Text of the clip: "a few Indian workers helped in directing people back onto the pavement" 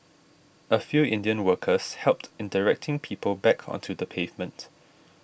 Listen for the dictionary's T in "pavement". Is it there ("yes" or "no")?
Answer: yes